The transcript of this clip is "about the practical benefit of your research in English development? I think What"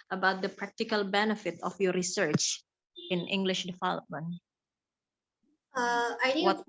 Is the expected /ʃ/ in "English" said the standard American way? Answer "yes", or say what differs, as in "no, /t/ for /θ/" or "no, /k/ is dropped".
yes